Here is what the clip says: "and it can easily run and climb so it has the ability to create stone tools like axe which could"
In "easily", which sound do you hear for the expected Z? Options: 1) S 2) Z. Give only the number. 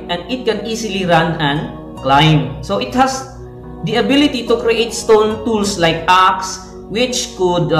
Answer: 1